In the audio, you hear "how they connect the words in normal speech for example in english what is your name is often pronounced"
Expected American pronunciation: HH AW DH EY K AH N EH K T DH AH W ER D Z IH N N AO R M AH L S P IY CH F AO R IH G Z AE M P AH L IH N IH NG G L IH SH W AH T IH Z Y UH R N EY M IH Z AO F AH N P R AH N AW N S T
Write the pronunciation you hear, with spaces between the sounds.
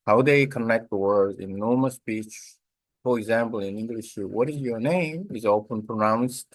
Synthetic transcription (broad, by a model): HH AW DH EY K AH N EH K T DH AH W ER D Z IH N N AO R M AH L S P IY CH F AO R IH G Z AE M P AH L IH N IH NG G L IH SH W AH T IH Z Y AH R N EY M IH Z AO P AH N P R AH N AW N S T